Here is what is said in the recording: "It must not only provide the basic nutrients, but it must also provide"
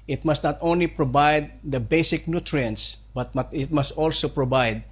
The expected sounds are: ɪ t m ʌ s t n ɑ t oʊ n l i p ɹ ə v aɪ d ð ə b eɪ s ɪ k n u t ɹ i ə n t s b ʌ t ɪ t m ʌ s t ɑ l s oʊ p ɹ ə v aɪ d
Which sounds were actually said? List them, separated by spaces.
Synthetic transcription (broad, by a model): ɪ t m ʌ s t n ɑ t oʊ n l i p ɹ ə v aɪ d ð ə b eɪ s ɪ k n u t ɹ i ə n t s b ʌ t ɪ t m ʌ s t ɑ l s oʊ p ɹ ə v aɪ d